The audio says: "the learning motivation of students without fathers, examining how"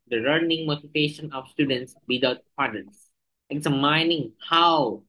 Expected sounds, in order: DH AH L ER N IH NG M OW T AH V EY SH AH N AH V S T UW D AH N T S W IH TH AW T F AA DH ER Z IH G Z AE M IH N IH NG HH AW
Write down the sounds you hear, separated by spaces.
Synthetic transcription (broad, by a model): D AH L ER N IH NG M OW T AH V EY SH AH N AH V S T UW D AH N T S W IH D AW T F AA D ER S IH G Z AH M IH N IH NG HH AW